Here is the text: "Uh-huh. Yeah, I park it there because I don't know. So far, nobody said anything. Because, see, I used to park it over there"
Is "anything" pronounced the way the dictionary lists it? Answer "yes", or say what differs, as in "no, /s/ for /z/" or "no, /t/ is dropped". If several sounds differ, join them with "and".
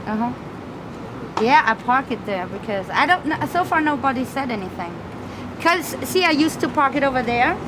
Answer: yes